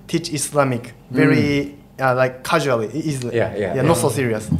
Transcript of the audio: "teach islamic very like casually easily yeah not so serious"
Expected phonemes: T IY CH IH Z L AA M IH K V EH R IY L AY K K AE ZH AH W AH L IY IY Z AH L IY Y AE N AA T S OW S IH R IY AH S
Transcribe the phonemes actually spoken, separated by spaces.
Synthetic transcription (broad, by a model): T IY CH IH S L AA M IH K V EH R IY L AY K K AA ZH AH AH L IY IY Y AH IY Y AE N AA T S OW S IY R IY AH S